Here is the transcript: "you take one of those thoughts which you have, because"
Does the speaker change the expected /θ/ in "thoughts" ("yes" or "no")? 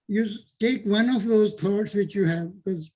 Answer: yes